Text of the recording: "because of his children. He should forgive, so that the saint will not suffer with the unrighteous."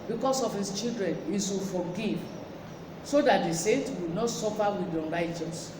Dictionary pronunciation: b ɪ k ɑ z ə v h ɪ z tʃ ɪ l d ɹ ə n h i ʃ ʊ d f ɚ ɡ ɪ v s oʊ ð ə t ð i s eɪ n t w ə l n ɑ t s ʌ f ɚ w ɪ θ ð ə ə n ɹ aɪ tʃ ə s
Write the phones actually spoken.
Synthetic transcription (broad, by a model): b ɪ k ɑ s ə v h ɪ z tʃ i l d ɹ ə n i s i f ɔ ɡ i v s oʊ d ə t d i s eɪ n t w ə n ɑ t s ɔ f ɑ w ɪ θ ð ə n ɹ aɪ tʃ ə s